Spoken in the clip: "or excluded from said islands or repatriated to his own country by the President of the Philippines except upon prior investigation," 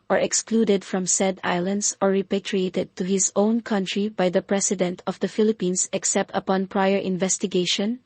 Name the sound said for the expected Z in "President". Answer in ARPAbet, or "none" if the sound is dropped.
S